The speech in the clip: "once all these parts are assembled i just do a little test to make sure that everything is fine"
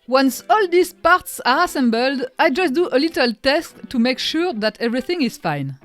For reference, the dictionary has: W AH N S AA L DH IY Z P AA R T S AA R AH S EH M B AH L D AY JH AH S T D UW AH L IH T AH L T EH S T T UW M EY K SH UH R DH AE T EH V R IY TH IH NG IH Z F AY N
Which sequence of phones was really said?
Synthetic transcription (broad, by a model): W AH N S AA L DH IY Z P AA R T S AA R AH S EH M B AH L D AY JH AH S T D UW AH L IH T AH L T EH S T T UW M EY K SH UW R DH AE T EH V R IY TH IH NG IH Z F AY N